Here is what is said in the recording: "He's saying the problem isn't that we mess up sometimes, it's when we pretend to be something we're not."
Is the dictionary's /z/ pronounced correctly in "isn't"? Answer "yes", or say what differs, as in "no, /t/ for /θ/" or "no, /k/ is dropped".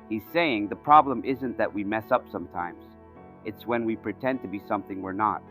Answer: yes